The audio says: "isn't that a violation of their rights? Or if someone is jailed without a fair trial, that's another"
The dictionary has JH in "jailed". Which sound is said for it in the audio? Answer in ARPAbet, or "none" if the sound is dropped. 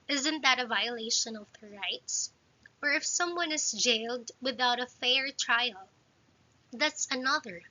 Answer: JH